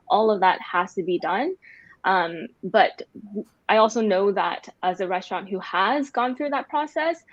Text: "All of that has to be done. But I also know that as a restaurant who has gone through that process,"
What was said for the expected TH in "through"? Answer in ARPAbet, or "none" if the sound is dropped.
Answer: TH